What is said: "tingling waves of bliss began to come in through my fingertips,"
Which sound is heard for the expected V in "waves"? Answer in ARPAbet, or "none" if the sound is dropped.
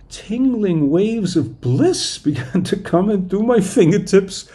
V